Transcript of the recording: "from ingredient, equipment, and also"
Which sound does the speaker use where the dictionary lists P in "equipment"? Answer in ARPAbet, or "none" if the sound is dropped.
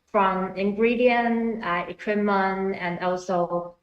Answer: none